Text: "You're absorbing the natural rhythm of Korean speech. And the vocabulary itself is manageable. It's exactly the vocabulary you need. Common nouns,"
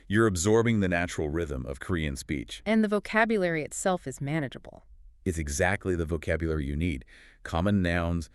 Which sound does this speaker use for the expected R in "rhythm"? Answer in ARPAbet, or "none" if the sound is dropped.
R